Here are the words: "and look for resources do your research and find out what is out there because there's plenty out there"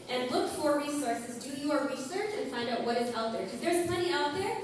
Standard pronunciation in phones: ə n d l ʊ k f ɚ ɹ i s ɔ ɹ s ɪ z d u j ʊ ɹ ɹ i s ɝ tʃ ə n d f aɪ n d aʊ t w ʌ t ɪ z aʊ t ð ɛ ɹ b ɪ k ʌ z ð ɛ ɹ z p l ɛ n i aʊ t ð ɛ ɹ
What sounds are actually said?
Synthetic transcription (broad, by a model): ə n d l ʊ k f ɚ ɹ i s ɔ ɹ s ɪ z d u j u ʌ ɹ i s ɝ tʃ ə n f aɪ n d aʊ t w ʌ t ɪ z aʊ t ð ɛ ɹ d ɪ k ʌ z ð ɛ ɹ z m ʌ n i aʊ t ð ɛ ɹ